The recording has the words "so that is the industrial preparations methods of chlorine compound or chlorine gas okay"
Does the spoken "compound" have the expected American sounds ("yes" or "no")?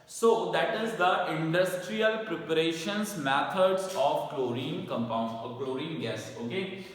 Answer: yes